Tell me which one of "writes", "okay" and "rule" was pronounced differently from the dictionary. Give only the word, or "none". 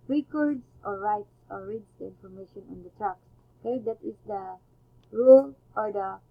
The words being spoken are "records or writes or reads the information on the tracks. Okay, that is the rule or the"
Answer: none